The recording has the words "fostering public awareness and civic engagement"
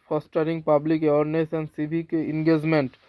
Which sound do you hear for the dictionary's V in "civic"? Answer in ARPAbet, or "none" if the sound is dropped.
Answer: B